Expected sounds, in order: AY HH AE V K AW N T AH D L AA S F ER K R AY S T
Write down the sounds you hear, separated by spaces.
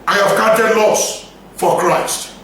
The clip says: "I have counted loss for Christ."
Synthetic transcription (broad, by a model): AY HH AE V K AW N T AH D L AA S F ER K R AY S T